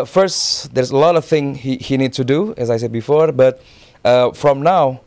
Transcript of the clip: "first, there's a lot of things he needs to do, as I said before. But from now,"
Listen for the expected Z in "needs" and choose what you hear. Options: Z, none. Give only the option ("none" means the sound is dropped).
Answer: none